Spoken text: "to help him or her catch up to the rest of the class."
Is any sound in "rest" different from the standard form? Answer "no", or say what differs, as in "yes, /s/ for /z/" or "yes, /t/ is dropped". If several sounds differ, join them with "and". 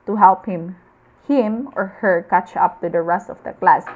no